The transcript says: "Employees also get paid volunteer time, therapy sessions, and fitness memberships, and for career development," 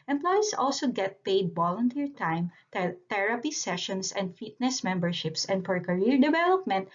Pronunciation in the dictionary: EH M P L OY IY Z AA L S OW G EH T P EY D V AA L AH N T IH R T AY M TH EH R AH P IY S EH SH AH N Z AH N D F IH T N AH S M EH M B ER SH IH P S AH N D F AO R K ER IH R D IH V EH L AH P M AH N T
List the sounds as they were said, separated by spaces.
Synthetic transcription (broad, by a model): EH M P L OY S AA L S OW G EH T P EY D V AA L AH N T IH R T AY M T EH R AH P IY S EH SH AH N S AH N D F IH T N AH S M EH M B ER SH IH P S AH N D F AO R K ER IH R D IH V EH L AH P M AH N T